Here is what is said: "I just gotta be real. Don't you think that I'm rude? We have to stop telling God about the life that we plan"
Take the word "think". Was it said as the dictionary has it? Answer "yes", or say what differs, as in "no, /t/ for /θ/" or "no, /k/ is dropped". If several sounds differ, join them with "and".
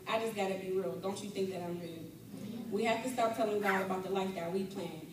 yes